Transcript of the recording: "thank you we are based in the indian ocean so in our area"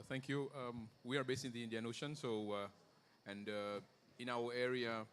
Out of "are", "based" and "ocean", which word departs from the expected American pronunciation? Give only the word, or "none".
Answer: based